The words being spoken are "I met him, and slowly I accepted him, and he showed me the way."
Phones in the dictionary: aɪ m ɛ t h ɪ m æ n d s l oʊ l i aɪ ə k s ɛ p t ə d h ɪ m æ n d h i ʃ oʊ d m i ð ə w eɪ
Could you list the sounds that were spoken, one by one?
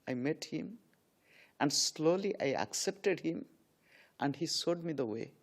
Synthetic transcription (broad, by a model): aɪ m ɛ t h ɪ m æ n d s l oʊ l i aɪ ə k s ɛ p t ə d h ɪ m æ n d h i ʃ oʊ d m i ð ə w eɪ